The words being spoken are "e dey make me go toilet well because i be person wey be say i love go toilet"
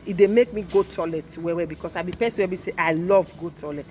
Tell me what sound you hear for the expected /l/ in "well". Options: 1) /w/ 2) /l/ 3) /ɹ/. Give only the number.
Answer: 1